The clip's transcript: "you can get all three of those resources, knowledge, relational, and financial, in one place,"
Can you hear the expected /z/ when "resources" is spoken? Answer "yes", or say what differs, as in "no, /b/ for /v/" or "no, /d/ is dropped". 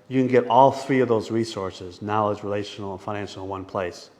yes